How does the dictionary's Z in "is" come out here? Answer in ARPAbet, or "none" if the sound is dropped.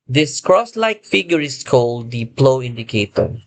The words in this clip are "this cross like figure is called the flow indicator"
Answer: S